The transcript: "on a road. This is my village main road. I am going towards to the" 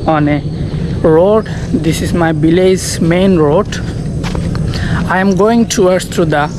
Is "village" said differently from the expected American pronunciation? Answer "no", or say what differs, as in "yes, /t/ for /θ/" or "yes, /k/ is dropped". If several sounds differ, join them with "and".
yes, /b/ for /v/ and /z/ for /dʒ/